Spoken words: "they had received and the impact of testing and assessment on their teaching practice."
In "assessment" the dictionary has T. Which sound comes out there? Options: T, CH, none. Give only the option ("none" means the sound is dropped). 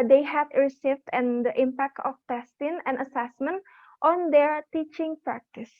T